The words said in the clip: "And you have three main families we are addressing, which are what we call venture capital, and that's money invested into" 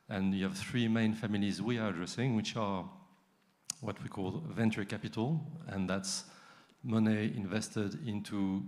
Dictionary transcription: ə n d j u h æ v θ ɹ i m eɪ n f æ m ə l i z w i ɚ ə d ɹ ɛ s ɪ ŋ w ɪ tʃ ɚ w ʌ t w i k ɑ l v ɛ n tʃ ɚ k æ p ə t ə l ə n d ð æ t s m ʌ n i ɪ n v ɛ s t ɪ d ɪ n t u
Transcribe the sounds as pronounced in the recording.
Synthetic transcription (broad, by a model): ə n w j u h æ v θ ɹ i m eɪ n f æ m ə l i z w i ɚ ə d ɹ ɛ s ɪ ŋ w ɪ tʃ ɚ w ʌ t w i k ɑ l v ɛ n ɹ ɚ k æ p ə t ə l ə n ð æ t s m ʌ n i ɪ n v ɛ s t ɪ d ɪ n t u